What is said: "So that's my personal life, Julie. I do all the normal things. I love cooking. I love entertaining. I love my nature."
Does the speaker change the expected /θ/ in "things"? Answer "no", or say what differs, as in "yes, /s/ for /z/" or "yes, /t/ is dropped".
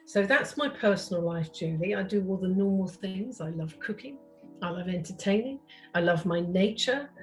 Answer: no